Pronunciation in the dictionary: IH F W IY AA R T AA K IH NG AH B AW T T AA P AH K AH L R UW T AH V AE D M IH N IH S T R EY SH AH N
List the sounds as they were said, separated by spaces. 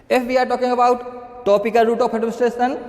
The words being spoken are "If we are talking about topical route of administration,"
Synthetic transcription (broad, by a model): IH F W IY AA R T AA K IH NG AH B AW T T AA P AH K AH L R UW T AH P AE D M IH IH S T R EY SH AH N